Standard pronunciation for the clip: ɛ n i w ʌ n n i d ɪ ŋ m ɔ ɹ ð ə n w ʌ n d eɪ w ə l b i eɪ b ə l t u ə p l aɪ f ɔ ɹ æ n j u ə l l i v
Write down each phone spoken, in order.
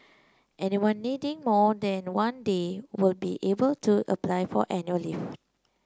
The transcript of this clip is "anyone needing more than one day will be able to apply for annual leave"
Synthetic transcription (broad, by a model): ɛ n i w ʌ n n i d ɪ ŋ m ɔ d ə n w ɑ n d eɪ w ə l b i eɪ b ə l t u ə p l aɪ f ɔ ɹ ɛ n j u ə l l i f